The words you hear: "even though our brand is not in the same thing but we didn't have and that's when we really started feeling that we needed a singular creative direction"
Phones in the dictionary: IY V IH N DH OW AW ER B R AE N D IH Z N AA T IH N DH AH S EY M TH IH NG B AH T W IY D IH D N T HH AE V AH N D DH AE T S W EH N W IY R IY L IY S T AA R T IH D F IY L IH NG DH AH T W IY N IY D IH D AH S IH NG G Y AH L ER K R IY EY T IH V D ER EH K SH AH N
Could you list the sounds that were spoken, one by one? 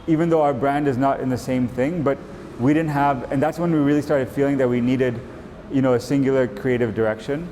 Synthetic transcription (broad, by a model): IY V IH N DH OW AW ER B R AE N D IH Z N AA T IH N DH AH S EY M TH IH NG B AH T W IY D IH D N T HH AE V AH N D DH AE T S W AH N W IY R IY L IY S T AA R T IH D F IY L IH NG DH AH T W IY N IY D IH D AH S IH NG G Y L ER K R IY EY T IH V D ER EH K SH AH N